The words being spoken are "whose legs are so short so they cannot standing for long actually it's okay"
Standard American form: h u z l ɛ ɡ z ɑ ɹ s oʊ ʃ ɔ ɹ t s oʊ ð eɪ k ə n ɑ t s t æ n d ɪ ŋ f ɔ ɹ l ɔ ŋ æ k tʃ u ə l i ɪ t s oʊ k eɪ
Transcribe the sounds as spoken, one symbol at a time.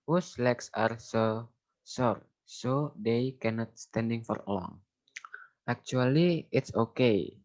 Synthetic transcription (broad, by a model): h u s l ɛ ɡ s ɑ ɹ s oʊ s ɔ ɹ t s oʊ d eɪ k ə n ɑ t s t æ n d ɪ ŋ f ɔ ɹ l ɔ ŋ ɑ k tʃ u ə l i ɪ t s oʊ k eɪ